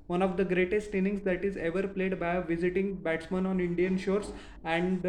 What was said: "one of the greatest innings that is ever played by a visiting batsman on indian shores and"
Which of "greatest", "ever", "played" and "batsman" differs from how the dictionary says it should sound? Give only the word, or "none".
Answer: none